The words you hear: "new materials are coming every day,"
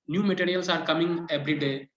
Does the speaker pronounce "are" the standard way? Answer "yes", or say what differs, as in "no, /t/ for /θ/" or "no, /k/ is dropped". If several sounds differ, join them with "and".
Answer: yes